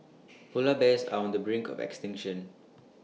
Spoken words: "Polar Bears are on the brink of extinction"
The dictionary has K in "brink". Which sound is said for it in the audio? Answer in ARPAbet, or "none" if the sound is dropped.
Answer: K